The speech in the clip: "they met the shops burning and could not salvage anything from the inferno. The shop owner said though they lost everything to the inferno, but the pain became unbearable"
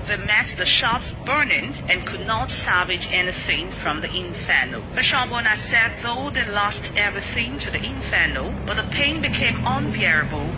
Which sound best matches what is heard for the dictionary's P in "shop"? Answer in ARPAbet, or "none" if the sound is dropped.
B